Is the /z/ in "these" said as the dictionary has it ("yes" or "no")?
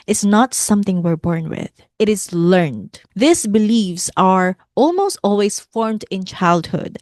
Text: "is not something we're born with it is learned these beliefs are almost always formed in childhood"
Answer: no